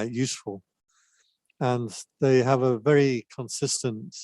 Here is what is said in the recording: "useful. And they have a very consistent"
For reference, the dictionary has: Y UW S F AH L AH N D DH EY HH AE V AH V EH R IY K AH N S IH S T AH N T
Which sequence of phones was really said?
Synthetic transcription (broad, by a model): Y UW S F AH L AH N DH EY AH V AH V EH R IY K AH N S IH S T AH N T